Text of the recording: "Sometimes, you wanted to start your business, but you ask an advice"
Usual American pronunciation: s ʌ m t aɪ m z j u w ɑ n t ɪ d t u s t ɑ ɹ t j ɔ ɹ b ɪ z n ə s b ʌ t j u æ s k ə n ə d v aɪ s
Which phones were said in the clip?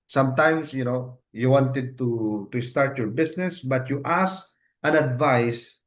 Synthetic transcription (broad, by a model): s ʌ m t aɪ m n j u w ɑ n t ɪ d t u s t ɑ ɹ t j ɔ ɹ b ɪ s n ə s b ʌ t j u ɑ s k ə n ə d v aɪ s